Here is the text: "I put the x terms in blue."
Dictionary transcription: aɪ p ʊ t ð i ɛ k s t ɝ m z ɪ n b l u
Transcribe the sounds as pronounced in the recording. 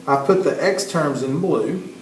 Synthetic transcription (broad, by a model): aɪ p ʊ t ð i ɛ k s t ɝ m z ɪ n b l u